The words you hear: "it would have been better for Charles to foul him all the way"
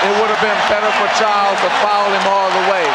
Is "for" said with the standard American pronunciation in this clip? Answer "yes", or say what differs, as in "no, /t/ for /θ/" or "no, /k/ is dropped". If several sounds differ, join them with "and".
yes